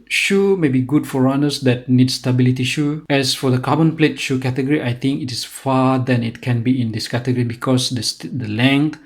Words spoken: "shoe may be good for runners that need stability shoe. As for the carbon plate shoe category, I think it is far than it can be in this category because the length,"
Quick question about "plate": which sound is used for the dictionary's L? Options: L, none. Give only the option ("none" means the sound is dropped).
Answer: L